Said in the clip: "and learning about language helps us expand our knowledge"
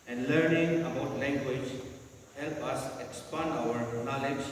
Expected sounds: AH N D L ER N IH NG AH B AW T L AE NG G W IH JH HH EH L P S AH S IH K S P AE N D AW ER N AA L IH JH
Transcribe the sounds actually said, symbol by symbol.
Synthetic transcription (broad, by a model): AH N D L ER N IH NG AH B AW T L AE NG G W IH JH HH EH L P AH S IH K S P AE N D AW ER N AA L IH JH